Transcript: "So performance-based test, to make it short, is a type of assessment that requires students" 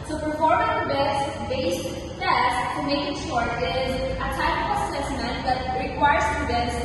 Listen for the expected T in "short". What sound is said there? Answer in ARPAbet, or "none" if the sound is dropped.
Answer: none